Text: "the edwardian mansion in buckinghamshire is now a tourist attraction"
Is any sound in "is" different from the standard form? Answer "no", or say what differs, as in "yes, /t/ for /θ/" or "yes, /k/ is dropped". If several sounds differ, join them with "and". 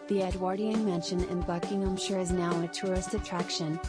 no